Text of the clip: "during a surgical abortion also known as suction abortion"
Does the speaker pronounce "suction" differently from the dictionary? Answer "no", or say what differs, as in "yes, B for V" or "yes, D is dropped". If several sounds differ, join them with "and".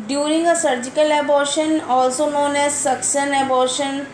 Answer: yes, S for SH